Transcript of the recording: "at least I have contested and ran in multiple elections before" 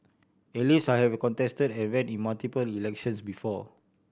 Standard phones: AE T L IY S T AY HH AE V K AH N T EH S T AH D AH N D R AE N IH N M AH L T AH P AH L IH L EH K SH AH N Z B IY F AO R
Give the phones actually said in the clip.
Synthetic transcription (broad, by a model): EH L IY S AY HH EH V K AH N T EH S T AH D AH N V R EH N IH N M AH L T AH P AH L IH L EH K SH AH N S B IY F AO